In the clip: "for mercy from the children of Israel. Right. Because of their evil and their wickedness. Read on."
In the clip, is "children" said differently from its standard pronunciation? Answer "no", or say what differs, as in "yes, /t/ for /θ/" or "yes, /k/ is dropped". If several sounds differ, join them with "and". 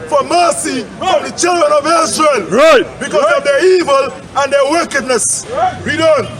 no